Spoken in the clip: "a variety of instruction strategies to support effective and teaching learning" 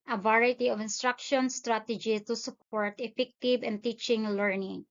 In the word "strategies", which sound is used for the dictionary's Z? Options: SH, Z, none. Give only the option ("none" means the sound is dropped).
none